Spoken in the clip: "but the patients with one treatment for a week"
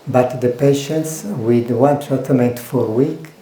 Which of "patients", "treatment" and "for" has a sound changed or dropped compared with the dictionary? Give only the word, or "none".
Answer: treatment